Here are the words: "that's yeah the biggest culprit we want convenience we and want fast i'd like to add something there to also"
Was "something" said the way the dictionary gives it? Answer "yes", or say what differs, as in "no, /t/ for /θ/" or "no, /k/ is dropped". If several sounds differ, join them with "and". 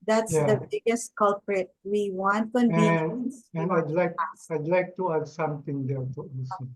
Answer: no, /t/ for /θ/